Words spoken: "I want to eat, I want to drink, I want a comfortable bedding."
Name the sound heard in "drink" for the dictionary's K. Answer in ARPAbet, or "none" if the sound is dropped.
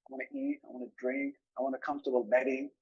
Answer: K